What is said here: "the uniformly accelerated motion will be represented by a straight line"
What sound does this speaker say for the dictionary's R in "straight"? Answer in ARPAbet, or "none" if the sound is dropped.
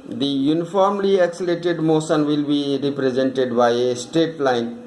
none